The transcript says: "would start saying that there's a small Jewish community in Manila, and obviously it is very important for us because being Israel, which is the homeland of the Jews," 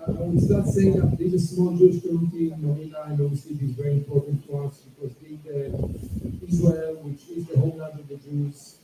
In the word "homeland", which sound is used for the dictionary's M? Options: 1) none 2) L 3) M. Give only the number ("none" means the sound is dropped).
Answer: 1